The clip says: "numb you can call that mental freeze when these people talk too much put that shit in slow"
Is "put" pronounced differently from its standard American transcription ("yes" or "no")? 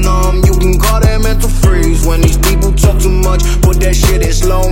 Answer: yes